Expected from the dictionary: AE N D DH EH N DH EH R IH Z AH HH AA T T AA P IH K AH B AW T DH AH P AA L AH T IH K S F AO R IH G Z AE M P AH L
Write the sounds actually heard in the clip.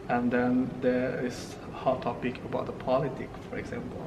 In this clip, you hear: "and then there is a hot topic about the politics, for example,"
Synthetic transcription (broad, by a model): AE N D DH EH N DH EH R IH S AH HH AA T T AA P IH K AH B AW T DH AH P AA L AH T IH K F AO R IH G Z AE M P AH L